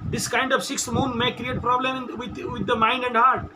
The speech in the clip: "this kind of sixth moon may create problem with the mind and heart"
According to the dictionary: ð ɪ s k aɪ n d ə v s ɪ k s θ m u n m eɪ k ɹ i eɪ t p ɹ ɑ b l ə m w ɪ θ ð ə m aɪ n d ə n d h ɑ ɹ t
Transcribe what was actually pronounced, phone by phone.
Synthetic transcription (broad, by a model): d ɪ s k aɪ n d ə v s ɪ k s m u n m eɪ k ɹ i eɪ t p ɹ ɑ b l ə m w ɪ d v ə m aɪ n d ə n d h ɑ ɹ t